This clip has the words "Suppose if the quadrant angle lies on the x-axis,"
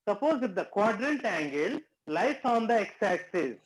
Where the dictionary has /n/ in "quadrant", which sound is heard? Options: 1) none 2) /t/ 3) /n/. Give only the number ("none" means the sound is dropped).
3